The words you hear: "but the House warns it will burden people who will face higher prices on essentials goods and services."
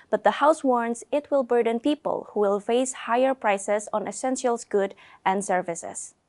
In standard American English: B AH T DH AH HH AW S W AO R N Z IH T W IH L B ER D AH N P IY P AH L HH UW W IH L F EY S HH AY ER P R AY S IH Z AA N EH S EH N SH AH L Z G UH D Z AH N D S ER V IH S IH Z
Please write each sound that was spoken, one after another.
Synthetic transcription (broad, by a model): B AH T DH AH HH AW S W AO R N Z IH T W IH L B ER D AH N P IY P AH L HH UW W IH L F EY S HH AY ER P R AY S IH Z AA N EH S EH N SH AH L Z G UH D AH N D S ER V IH S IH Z